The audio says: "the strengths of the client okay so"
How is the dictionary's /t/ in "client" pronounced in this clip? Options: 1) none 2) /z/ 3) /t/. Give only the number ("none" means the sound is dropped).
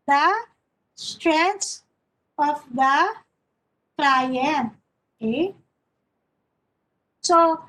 1